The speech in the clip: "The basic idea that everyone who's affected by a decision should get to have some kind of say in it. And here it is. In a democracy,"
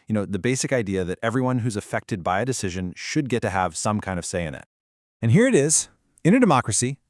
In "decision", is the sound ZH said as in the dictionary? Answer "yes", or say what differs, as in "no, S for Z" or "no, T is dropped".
yes